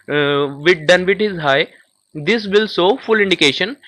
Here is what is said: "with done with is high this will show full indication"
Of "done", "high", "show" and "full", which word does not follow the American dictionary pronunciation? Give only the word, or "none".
show